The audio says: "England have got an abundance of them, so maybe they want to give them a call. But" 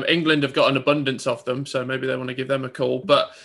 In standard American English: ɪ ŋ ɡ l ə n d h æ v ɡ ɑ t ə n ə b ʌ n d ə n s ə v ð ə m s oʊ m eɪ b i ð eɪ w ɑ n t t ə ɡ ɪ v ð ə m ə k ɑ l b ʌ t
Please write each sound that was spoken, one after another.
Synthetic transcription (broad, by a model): ɪ ŋ ɡ l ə n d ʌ v ɡ ɑ t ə n ə b ʌ n d ə n s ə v ð ə m s oʊ m eɪ b i ð eɪ w ɑ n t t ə ɡ ɪ v ð ə m ə k ɑ l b ʌ t